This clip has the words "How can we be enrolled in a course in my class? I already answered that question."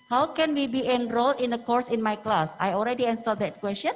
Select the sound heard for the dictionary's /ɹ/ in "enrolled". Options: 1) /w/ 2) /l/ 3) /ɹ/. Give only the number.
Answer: 3